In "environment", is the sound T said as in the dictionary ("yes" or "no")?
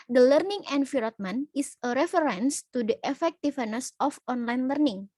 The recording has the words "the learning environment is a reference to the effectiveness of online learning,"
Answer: no